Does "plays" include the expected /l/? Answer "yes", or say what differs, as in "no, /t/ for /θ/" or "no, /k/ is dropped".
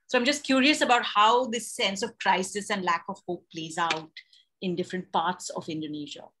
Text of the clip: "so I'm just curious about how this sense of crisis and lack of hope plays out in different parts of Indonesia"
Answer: yes